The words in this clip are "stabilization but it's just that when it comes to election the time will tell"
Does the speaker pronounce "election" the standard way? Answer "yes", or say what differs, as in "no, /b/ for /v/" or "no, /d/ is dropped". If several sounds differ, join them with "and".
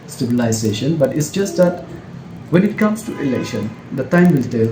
yes